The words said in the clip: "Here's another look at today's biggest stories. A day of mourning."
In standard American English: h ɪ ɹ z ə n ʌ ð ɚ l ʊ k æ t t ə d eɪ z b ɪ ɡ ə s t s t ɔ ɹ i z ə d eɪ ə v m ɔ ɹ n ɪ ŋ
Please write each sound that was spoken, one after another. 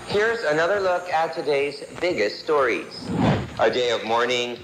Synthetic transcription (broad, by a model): h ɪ ɹ z ə n ʌ ð ɚ l ʊ k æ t t ə d eɪ z b ɪ ɡ ə s t s t ɔ ɹ i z ə d eɪ ə v m ɔ ɹ n ɪ ŋ